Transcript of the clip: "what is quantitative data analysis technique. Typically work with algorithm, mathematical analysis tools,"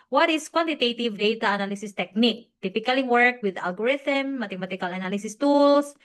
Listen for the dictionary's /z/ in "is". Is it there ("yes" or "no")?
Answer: no